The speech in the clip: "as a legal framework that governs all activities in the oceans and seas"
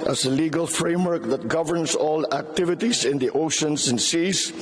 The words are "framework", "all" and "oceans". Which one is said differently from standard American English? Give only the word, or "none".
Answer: oceans